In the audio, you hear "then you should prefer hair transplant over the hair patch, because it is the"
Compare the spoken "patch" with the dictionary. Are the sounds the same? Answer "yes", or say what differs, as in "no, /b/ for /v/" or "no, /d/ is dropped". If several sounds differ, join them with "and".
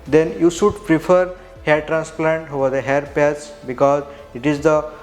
no, /s/ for /tʃ/